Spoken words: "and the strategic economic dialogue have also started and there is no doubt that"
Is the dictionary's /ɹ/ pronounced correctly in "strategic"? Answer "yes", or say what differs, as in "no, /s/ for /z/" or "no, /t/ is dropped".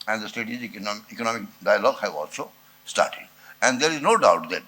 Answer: no, /ɹ/ is dropped